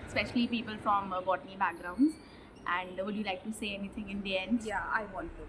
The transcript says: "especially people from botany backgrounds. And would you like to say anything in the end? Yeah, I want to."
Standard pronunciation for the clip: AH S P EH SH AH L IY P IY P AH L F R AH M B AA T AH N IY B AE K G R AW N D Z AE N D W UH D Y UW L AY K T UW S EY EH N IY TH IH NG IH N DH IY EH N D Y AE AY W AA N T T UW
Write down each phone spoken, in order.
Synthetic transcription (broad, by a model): S P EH SH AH L IY P IY P AH L F R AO M B AA T AH N IY B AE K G R AW N D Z AE N D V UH D Y UW L AY K T UW S EY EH N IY T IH NG IH N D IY EH N D Y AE AY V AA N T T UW